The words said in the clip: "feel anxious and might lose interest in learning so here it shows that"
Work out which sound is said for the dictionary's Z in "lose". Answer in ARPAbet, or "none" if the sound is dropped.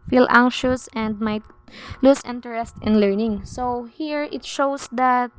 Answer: S